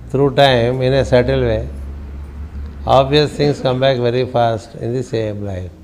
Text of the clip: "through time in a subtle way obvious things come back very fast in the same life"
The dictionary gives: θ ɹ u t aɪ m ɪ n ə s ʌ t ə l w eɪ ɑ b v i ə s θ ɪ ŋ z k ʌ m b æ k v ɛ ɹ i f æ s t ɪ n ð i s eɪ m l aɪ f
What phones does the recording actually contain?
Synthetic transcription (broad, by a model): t ɹ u t aɪ m ɪ n ə s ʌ t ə l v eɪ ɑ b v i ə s t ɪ ŋ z k ʌ m b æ k v ɛ ɹ i f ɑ s t ɪ n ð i s eɪ m l aɪ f